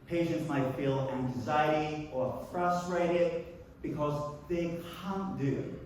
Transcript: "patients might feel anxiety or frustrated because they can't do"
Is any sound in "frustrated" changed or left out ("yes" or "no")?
no